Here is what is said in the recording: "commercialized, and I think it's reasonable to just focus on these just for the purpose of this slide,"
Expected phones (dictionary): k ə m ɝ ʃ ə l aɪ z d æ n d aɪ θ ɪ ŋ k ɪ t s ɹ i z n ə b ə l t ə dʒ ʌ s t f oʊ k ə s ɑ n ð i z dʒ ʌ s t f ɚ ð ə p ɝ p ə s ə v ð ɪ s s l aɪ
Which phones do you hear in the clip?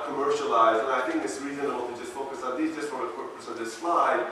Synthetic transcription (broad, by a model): k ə m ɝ ʃ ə l aɪ z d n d aɪ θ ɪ ŋ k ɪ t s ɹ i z ə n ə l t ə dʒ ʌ s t f oʊ k ə s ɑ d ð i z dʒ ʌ s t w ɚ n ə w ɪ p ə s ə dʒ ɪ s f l aɪ